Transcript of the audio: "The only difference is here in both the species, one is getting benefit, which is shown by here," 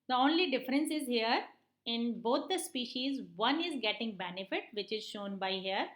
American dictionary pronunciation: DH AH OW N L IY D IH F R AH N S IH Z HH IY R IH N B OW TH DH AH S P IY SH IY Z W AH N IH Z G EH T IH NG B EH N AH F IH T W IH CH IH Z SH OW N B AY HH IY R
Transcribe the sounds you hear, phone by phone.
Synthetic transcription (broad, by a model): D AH OW N L IY D IH F R AH N S IH Z HH IY R IH N B OW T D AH S P IY SH IY Z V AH N IH Z G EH T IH NG B EH N AH F IH T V IH CH IH Z SH OW N B AY HH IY R